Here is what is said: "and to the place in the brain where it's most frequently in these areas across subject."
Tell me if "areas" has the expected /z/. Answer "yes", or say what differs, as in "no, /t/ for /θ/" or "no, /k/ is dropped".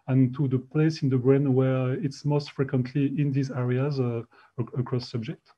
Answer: yes